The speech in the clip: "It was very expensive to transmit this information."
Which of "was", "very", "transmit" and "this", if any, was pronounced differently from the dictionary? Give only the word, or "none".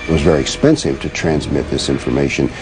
none